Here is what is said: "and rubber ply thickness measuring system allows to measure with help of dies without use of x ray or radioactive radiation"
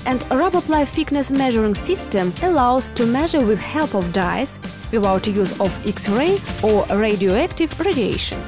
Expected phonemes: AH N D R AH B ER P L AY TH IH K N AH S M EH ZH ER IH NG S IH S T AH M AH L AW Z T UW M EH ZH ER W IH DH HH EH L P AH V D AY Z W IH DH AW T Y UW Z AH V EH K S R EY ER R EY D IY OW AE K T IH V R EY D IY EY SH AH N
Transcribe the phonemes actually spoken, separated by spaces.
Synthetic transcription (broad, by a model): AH N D R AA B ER P L AY F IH K N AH S M EH ZH ER IH NG S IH S T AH M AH L AW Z T UW M EH ZH ER W IH DH HH EH L P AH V D AY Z W IH DH AW T Y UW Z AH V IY K S R EY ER R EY D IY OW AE K T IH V R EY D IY EY SH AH N